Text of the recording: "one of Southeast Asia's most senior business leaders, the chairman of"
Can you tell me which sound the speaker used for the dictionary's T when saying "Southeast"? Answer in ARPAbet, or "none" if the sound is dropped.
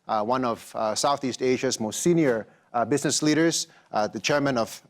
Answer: T